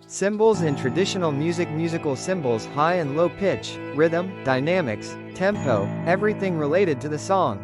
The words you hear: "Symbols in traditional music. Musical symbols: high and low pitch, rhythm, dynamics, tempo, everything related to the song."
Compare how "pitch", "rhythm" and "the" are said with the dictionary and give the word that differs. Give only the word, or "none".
none